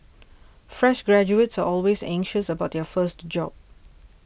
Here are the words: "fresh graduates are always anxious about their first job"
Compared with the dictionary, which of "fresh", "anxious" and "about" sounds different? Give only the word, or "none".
none